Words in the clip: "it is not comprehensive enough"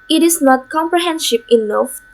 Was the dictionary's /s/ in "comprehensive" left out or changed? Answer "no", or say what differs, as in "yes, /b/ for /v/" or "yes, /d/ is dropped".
yes, /ʃ/ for /s/